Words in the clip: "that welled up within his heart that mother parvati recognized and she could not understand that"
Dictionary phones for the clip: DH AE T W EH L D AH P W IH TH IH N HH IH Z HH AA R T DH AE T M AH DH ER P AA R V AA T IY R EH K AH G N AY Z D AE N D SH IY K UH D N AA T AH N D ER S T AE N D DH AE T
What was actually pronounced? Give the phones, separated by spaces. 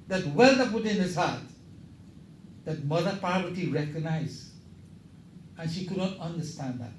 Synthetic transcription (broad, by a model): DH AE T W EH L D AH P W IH T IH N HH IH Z HH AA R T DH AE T M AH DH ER P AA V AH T IY R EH K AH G N AY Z AE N SH IY K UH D N AA T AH N D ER S T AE N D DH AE T